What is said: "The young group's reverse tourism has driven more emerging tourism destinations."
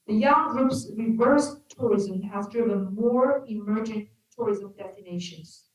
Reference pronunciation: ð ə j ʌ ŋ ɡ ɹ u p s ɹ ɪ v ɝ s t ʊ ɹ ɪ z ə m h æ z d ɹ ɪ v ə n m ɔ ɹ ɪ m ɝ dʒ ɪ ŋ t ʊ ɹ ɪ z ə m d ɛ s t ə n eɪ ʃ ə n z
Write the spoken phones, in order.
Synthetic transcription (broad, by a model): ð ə j ʌ ŋ ɡ ɹ u p s ɹ ɪ v ɝ s t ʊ ɹ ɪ z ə m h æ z d ɹ ɪ v ə n m ɔ ɹ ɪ m ɝ dʒ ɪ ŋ t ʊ ɹ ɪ z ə m d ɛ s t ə n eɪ ʃ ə n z